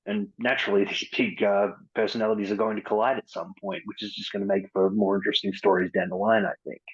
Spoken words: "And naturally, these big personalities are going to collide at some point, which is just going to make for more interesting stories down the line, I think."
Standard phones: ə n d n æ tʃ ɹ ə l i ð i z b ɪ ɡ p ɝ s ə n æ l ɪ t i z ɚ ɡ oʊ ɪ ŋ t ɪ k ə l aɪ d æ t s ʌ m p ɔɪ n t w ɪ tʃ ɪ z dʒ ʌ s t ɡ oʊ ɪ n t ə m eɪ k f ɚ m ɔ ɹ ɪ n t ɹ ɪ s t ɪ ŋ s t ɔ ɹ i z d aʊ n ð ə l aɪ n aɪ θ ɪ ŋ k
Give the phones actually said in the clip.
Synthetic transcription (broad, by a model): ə n n æ tʃ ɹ l i ð i z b ɪ ɡ p ɝ s ə n æ l ɪ t i z ɚ ɡ oʊ ɪ ŋ t ɪ k ə l aɪ d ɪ t s ʌ m p ɔɪ n t w ɪ tʃ ɪ z dʒ ʌ s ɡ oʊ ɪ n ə m eɪ k f ɚ m ɔ ɹ ɪ n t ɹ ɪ s t ɪ ŋ s t ɔ ɹ i z d aʊ n ð ə l aɪ n aɪ θ ɪ ŋ k